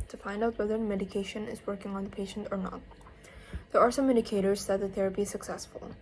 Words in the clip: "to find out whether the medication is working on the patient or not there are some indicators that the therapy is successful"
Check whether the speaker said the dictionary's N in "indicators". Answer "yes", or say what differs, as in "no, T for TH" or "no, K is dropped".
no, N is dropped